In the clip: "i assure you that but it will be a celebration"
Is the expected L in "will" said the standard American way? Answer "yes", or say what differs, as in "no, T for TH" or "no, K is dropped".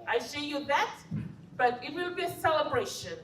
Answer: no, W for L